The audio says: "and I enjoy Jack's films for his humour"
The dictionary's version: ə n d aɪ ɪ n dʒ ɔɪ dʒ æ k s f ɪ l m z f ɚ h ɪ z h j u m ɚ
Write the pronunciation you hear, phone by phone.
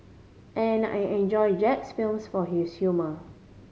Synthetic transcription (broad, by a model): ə n aɪ ɪ n dʒ ɔɪ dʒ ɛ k s f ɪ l m s f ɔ h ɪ s h j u m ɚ